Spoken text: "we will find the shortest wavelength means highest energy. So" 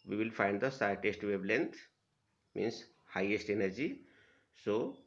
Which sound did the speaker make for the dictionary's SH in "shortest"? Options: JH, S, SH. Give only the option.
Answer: S